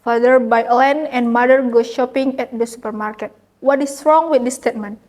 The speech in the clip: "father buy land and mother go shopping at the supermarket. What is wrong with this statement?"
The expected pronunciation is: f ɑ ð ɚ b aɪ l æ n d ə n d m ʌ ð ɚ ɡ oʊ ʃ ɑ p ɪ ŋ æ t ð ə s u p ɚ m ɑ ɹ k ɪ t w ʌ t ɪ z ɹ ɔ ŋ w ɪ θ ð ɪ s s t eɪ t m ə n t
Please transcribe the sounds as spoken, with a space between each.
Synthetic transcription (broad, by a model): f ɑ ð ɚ b aɪ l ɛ n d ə n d m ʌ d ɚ ɡ oʊ ʃ ɑ p ɪ ŋ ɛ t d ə s u p ɚ m ɑ ɹ k ɪ t w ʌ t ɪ s ɹ ɔ ŋ w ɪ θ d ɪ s s t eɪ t m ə n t